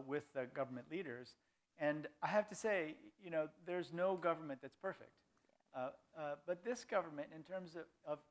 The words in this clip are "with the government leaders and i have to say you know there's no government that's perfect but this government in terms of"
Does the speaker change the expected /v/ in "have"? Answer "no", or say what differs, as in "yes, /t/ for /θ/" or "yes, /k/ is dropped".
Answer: yes, /f/ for /v/